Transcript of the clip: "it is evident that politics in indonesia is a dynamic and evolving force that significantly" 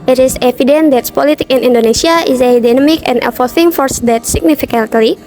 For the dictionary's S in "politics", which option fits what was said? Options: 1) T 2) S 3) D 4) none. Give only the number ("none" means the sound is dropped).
4